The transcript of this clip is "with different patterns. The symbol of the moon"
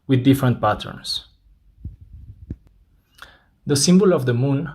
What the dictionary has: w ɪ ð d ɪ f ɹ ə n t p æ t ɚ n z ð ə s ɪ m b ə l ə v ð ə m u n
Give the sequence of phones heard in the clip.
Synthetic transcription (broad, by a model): w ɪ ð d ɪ f ɹ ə n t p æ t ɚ n s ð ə s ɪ m b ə l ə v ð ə m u n